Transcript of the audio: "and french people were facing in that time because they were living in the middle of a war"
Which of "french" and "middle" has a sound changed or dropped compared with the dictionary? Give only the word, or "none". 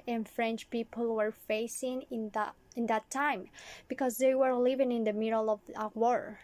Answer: none